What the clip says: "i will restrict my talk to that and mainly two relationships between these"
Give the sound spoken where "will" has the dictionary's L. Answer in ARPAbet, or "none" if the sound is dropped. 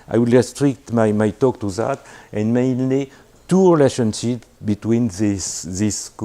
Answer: L